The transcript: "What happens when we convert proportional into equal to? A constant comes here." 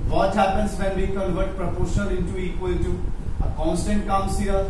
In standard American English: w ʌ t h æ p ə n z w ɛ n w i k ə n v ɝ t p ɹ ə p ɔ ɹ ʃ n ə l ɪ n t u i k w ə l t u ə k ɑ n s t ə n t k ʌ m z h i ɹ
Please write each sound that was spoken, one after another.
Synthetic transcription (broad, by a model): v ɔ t h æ p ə n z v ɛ n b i k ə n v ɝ t p ɹ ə p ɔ ɹ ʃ ə n ɪ n t u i k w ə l t u ə k ɑ n s t ə n t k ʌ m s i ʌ